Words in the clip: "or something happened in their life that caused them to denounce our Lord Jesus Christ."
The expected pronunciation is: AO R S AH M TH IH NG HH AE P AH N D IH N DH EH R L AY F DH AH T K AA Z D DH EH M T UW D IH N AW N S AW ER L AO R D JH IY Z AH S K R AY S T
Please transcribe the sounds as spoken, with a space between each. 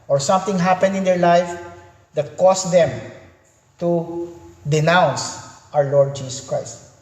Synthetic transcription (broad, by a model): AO R S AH M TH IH NG HH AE P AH N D IH N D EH R L AY F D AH T K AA S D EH M T UW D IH N AW N S AW ER L AO R D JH IY S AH S K R AY S T